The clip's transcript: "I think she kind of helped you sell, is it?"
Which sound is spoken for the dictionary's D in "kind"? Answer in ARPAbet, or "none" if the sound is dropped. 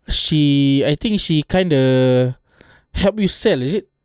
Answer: D